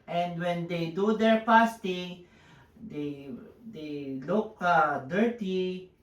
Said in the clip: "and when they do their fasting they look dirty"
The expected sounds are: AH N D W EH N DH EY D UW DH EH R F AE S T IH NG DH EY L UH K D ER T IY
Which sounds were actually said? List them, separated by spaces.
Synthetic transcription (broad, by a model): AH N D W EH N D EY D UW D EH R P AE S T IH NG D EY L UH K D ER T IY